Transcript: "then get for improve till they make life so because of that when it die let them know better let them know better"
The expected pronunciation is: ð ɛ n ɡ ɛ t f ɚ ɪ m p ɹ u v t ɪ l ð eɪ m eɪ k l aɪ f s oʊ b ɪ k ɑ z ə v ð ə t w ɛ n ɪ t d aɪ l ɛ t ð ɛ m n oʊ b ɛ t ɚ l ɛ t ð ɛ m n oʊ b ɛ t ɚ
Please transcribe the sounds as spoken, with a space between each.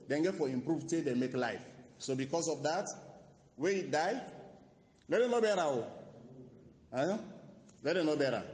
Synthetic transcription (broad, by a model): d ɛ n ɡ ɛ t f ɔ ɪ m p ɹ u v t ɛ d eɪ m eɪ k l aɪ f s oʊ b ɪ k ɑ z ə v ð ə t w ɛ ɪ t d aɪ l ɛ t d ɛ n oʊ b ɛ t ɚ l ɛ t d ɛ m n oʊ b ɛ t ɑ